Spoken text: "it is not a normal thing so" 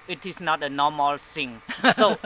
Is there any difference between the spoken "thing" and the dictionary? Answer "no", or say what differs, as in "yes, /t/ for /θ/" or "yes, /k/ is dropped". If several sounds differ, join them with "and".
yes, /s/ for /θ/